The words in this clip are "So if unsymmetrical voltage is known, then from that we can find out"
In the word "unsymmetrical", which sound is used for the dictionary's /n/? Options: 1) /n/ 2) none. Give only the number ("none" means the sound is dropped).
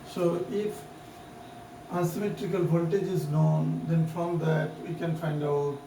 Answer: 2